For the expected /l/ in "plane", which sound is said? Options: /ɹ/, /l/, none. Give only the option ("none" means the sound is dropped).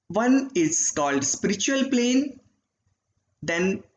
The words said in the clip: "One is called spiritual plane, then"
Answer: /l/